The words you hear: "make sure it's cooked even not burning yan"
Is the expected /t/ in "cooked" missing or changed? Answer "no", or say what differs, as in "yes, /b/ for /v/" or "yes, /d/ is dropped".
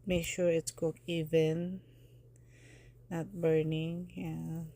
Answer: yes, /t/ is dropped